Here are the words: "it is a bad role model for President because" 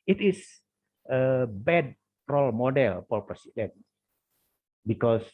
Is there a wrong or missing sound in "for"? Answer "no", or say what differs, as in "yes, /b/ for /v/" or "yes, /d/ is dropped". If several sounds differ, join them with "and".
yes, /p/ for /f/ and /l/ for /ɹ/